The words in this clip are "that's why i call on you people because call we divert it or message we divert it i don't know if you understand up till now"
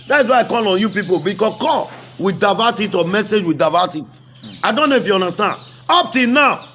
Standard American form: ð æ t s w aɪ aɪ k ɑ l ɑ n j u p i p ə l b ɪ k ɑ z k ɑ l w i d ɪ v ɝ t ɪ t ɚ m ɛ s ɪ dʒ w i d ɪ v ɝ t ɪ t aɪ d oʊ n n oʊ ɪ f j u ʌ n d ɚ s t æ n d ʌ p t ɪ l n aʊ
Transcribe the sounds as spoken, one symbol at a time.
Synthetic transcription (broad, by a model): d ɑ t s w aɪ aɪ k ɑ l ɑ n j u p i p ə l b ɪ k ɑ s k ɑ l w i d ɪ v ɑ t ɪ t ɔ m ɛ s ɪ dʒ w i d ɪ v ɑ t ɪ t aɪ d oʊ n n oʊ ɪ f j u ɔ n d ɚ s t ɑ n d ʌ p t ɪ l n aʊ